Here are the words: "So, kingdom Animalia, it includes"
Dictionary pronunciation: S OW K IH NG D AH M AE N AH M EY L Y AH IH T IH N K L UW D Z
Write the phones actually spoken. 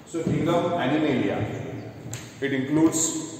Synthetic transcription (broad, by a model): S OW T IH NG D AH AE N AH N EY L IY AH IH T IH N K L UW D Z